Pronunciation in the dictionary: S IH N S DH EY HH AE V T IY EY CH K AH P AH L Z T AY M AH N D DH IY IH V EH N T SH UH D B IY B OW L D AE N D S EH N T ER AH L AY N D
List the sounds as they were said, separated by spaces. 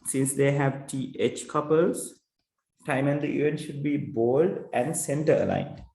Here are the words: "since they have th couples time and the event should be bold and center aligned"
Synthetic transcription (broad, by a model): S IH N S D EY HH AE V T IY EY CH K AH P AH L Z T AY M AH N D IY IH EH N SH UH D B IY B OW L D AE N D S EH N T ER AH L AY N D